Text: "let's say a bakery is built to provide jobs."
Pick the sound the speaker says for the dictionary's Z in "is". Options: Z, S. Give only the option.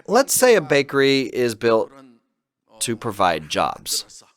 Z